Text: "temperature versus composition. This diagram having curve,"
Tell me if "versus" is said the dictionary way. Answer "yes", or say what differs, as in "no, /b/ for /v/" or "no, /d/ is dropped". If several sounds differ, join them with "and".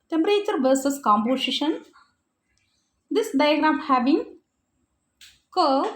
yes